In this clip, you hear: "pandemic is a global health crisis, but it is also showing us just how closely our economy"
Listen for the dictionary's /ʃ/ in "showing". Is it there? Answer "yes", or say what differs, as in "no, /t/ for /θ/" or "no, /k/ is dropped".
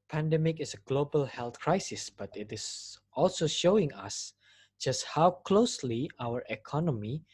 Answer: yes